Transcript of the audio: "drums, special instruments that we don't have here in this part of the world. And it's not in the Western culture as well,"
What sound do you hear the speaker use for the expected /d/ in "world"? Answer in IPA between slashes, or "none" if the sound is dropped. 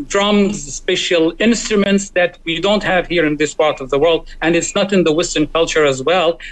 /d/